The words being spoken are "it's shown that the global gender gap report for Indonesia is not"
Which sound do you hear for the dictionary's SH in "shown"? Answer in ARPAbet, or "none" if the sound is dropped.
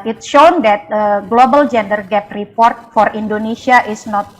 SH